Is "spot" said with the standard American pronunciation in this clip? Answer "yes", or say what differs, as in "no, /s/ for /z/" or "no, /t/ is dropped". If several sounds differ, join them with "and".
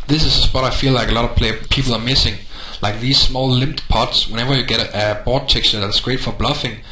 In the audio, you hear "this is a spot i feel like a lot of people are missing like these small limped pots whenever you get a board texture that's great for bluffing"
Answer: no, /b/ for /p/